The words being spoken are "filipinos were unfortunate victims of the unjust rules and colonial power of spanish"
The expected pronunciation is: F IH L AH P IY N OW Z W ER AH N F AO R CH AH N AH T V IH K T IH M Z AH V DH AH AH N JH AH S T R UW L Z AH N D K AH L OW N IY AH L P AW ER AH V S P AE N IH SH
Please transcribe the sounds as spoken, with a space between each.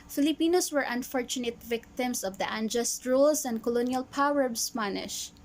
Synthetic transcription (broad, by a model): F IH L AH P IY N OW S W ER AH N F AO R CH AH N AH T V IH K T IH M S AH V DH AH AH N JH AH S T R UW L S AH N D K AH L OW N IY AH L P AW ER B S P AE N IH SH